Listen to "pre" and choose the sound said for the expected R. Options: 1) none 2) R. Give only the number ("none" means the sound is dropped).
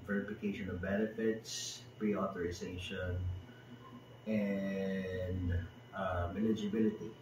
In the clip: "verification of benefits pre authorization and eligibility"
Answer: 2